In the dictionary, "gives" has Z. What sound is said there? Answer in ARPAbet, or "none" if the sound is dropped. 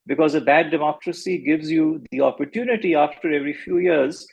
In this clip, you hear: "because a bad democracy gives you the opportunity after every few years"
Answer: Z